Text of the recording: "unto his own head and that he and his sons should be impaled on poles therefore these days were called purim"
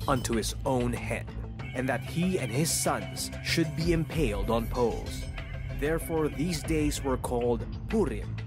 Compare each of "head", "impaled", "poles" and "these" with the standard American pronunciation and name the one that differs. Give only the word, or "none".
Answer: none